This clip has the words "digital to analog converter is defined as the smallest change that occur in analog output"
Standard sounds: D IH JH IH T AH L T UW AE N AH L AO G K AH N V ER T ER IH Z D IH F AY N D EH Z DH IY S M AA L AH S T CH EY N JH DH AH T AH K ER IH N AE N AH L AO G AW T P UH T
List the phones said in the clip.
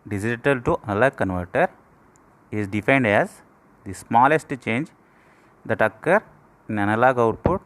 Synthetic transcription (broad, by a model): D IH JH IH T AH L T UW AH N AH L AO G K AH N V ER T ER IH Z D IH F AY N D EH Z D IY S M AA L AH S T CH EY N JH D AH T AH K ER IH N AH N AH L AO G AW T P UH T